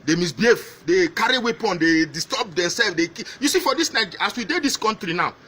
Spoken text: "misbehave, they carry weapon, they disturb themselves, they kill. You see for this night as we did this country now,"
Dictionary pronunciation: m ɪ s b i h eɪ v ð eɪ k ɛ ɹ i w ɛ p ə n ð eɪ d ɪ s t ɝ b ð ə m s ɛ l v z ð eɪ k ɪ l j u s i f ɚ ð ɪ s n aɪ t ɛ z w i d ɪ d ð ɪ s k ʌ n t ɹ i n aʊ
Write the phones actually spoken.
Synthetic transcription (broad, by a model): m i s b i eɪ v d eɪ k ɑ ɹ i w ɛ p ə n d eɪ d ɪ s t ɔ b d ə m s ɛ l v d eɪ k j u s i f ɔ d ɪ s n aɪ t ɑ s w i d ɪ d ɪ s k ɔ n t ɹ i n aʊ